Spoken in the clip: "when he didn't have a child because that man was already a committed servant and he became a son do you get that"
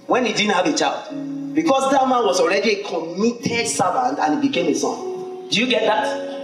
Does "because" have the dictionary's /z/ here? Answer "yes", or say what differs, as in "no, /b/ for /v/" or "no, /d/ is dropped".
no, /s/ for /z/